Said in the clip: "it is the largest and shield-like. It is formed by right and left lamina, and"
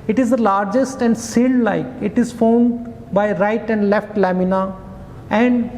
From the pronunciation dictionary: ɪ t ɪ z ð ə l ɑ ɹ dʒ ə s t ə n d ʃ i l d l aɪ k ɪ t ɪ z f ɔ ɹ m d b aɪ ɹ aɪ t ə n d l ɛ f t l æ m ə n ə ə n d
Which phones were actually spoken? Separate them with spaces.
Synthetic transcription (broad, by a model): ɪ t ɪ z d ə l ɑ ɹ dʒ ə s t ə n d s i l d l aɪ k ɪ t ɪ z f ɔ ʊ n d b aɪ ɹ aɪ t ə n d l ɛ f t l æ m ə n ə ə n d